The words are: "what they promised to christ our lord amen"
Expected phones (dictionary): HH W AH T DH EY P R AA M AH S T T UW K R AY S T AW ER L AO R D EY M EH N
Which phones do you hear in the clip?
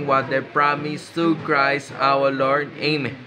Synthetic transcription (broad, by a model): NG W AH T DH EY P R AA M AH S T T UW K R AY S AW ER L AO R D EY M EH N